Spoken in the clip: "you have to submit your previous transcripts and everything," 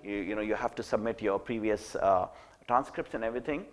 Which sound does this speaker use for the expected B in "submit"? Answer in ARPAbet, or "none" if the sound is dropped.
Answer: B